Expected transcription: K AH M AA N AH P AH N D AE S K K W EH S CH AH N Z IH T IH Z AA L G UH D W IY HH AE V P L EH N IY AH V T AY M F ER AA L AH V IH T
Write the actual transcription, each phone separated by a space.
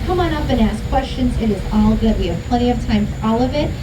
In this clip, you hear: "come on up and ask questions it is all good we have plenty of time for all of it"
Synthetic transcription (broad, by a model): K AH M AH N AH P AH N AE S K K W EH S CH AH N Z IH T IH Z AA L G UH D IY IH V P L EH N IY AH V T AY M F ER AA L AH V IH T